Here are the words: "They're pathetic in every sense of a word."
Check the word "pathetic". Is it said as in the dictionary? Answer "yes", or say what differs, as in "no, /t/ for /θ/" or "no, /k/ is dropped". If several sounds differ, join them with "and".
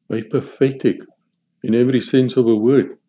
no, /f/ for /θ/